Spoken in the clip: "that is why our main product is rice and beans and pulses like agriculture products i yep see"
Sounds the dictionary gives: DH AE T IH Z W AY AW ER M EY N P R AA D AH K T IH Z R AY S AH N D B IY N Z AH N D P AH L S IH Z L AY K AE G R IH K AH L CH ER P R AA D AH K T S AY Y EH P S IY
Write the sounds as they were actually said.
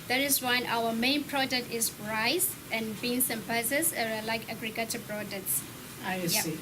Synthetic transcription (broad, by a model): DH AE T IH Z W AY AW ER M EY N P R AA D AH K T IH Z R AY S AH N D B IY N S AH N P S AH S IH L AY K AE G R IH K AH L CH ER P R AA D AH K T S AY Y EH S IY